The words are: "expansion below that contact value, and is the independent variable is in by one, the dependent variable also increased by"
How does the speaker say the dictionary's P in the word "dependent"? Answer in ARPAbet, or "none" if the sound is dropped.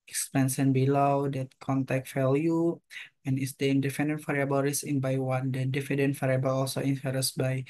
F